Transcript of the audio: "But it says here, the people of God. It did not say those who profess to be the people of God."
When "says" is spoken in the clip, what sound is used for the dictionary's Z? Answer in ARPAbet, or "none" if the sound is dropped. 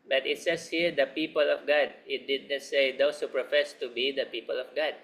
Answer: S